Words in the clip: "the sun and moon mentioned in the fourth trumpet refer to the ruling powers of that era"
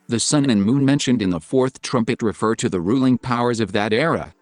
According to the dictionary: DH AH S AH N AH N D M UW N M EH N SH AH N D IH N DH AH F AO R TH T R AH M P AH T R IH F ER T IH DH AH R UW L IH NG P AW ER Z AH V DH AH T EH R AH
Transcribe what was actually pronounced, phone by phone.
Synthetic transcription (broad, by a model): DH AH S AH N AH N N M UW N M EH N SH AH N D IH N DH AH F AO R TH T R AH M P AH T R IH F ER T IH DH AH R UW L IH NG P AW ER Z AH V DH AH T EH R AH